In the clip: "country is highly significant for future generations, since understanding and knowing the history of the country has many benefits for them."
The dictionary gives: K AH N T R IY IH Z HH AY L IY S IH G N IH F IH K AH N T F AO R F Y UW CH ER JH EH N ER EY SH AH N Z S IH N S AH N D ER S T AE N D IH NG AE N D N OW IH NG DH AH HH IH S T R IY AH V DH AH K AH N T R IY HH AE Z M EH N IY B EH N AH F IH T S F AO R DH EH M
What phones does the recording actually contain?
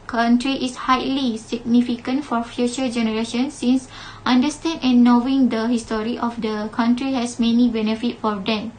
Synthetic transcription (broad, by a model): K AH N T R IY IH S HH AY L IY S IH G N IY F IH K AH N T F AO R F Y UW CH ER JH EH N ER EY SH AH N S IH N S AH N D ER S T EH N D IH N N OW IH NG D AH HH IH S T R IY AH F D AH K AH N T R IY HH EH S M EH N IY B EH N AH F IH T F AO R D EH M